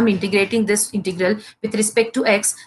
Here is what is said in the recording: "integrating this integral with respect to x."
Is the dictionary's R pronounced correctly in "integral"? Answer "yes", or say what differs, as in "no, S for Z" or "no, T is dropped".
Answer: yes